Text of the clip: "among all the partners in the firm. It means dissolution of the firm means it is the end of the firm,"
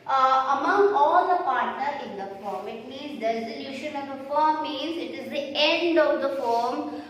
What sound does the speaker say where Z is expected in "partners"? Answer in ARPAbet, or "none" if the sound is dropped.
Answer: none